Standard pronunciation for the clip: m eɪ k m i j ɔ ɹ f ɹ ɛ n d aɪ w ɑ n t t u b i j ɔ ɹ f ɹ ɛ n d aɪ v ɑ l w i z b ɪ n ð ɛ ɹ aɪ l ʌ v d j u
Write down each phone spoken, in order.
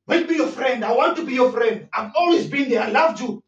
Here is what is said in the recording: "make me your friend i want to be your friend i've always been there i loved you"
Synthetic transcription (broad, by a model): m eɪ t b i j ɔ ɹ f ɹ ɛ n d aɪ w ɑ n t t u b i j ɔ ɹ f ɹ ɛ n d aɪ v ɑ l w i z b ɪ n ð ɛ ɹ aɪ l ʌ v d j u